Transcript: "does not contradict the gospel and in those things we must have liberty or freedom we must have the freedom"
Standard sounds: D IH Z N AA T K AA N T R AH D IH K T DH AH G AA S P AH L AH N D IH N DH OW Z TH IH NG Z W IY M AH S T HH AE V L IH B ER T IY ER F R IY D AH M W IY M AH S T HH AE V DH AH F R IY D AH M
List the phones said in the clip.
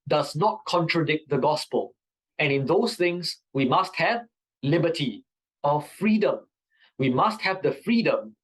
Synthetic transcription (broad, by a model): D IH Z N AA T K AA N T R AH D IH K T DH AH G AA S P AH L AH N IH N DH OW S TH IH NG S W IY M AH S T HH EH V L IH B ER T IY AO F R IY D AH M W IY M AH S T HH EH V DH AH F R IY D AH M